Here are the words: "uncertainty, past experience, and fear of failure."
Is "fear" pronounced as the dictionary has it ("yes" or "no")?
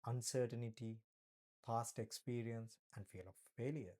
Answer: no